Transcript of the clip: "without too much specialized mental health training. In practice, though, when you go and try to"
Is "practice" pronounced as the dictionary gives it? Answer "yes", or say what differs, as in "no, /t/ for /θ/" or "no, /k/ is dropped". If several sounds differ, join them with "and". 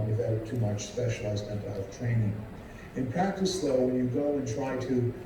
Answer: no, /ɹ/ is dropped